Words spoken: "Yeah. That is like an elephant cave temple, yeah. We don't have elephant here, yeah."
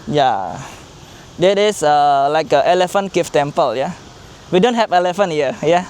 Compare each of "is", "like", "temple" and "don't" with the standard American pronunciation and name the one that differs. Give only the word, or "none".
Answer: is